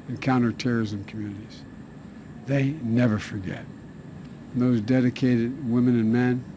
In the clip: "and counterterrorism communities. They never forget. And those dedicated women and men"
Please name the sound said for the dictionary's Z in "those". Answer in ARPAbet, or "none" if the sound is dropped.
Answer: Z